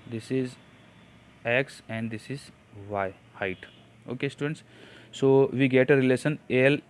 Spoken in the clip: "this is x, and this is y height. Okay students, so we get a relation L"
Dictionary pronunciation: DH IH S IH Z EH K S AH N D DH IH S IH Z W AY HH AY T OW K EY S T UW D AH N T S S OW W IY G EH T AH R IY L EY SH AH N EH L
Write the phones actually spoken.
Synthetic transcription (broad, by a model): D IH S IH Z EH K S AH N D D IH S IH Z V AY HH AY T OW K EY S T UW D AH N T S S OW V IY G EH T AH R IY L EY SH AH N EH L